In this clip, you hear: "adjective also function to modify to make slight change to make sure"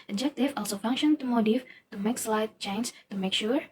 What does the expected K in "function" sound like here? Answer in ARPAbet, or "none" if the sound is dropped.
K